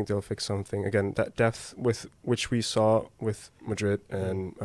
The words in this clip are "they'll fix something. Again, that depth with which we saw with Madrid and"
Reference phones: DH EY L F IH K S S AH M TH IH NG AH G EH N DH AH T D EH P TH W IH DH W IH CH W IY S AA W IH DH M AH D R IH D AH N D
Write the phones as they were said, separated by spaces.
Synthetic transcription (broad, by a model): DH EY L F IH K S S AH M TH IH NG AH G EH N DH AH T D EH P TH W IH DH W IH CH W IY S AA W IH DH M AH D R IH D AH N